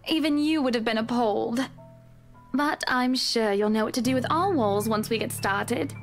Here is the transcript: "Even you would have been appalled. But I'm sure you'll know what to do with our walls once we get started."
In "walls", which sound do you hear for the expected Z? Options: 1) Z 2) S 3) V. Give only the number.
1